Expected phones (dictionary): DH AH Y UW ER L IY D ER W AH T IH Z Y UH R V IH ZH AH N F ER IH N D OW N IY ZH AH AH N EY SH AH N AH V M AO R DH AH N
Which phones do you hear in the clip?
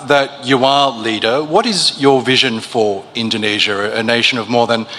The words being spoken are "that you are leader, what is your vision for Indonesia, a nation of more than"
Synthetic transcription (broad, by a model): DH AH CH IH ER L IY D ER W AH T IH Z Y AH R V IH ZH AH N F ER IH N D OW N IY ZH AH AH N EY SH AH N AH V M AO R DH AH N